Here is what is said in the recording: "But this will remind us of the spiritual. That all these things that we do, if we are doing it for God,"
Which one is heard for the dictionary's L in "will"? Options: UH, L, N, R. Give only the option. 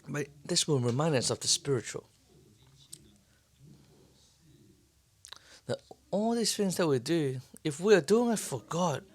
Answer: N